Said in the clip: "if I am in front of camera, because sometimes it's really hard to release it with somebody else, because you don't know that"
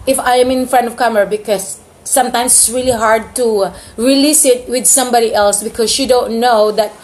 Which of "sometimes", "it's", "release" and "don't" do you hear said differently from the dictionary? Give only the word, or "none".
sometimes